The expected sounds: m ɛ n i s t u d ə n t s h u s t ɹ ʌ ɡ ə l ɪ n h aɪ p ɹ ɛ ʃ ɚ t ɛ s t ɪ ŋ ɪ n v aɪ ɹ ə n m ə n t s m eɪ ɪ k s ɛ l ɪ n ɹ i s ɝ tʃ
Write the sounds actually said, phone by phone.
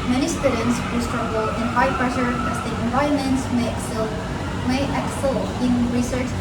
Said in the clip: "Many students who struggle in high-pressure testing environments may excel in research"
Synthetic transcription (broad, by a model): m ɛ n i s t u d ə n t s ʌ s t ɹ ʌ ɡ ə l ɪ n h aɪ p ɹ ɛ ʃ ɚ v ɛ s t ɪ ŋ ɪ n v aɪ ɹ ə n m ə n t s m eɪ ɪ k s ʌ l ɪ n ɹ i s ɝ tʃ